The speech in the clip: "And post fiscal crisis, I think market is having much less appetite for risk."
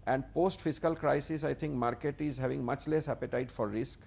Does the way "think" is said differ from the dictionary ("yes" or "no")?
yes